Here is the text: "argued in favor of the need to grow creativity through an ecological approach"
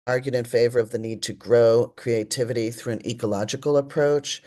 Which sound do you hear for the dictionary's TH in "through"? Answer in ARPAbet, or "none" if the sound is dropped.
TH